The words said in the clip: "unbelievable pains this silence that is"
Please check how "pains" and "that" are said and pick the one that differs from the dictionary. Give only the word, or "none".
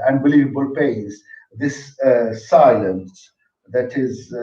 pains